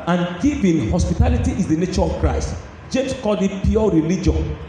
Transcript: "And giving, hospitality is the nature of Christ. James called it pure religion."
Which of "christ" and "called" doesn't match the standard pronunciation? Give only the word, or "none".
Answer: called